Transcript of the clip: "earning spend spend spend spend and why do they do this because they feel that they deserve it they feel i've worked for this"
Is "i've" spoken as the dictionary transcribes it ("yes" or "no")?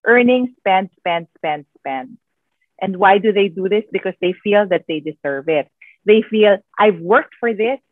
yes